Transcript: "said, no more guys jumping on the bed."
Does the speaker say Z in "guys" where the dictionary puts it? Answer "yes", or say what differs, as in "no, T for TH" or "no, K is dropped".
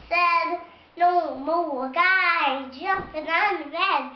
no, Z is dropped